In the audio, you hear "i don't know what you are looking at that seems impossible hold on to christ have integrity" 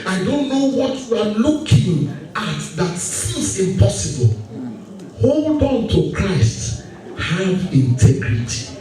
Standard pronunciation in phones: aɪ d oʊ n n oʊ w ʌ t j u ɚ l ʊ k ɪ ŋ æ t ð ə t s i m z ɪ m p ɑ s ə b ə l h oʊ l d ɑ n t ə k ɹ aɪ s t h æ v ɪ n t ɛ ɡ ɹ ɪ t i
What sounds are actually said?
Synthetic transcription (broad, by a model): aɪ d oʊ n n oʊ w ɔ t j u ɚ l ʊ k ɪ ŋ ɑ t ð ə t s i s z ɪ m p ɑ s ə b ə l h oʊ l d ɑ n t ə k ɹ aɪ s t h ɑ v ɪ n t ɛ ɡ ɹ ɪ t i